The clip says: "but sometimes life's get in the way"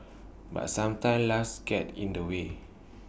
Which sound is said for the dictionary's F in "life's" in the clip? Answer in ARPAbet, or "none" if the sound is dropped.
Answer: none